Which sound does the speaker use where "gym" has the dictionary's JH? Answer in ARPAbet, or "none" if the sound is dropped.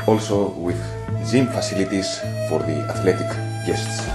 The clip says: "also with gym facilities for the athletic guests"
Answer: Z